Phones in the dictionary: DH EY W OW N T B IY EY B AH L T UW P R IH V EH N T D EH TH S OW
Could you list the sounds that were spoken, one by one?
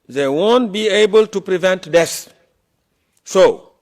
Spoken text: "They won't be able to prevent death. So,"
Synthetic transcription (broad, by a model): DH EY W OW N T B IY EY B AH L T UW P R IH V EH N T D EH S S OW